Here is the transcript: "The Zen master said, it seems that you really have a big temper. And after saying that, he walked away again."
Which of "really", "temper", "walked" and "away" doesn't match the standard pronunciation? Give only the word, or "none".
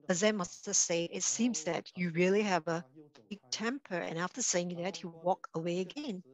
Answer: walked